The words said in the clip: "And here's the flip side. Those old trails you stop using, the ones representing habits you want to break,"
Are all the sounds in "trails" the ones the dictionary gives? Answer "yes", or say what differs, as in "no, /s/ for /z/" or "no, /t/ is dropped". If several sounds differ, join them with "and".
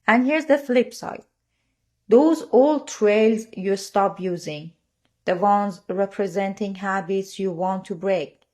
yes